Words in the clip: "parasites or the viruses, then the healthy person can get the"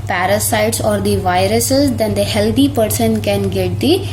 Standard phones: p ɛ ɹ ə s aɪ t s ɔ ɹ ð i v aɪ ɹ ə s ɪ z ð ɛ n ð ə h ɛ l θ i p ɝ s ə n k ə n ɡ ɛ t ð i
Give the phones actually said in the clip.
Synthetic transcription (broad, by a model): p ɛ ɹ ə s aɪ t s ɔ ɹ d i v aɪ ɹ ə s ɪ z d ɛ n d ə h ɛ l t i p ɝ s ə n k ə n ɡ ɛ t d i